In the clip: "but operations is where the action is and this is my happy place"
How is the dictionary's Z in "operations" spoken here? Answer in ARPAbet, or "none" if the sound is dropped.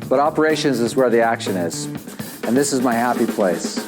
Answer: Z